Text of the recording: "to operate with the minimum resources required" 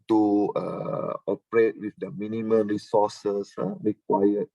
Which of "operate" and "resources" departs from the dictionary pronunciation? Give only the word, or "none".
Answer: resources